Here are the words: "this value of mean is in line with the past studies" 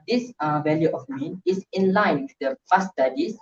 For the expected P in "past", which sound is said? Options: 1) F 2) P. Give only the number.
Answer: 1